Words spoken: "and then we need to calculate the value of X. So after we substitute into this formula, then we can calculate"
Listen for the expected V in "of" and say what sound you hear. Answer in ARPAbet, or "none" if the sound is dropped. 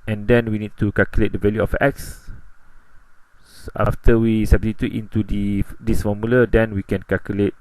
F